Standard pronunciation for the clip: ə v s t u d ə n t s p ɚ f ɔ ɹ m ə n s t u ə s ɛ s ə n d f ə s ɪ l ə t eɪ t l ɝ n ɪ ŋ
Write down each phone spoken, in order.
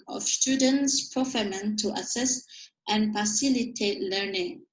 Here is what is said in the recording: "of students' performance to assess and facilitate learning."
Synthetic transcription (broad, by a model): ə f s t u d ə n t s p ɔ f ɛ m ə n t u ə s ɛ s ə n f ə s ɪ l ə t eɪ t l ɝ n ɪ ŋ